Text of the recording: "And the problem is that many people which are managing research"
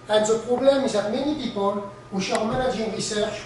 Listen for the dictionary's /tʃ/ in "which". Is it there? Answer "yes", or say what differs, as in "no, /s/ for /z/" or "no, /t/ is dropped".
no, /ʃ/ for /tʃ/